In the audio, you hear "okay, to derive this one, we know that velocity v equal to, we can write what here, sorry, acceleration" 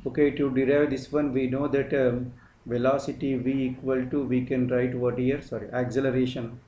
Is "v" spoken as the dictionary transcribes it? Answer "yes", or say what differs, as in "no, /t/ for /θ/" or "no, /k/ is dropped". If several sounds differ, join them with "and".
yes